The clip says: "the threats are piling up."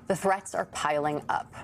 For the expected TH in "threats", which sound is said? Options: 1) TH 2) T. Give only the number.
1